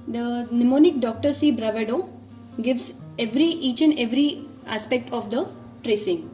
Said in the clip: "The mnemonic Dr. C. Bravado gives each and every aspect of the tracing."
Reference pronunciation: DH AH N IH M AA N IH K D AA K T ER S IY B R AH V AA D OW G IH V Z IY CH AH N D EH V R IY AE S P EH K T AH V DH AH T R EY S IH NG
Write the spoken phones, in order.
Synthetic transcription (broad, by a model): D AH N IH M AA N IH K D AA K T ER S IY B R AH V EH D OW G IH V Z IY CH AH N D EH V R IY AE S P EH K T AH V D AH T R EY S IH NG